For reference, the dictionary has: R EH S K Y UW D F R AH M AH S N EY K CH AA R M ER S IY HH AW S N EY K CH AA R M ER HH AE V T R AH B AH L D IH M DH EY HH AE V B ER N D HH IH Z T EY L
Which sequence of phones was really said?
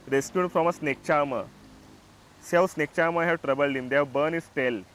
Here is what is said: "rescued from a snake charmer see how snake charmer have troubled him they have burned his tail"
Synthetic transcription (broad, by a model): R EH S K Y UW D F R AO M AH S N EY K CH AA M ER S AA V S N EY K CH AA M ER HH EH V T R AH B AH L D IH M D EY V B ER N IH S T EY L